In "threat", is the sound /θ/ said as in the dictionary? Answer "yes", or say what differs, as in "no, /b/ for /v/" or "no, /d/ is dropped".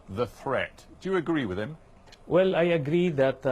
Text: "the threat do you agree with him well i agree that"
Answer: yes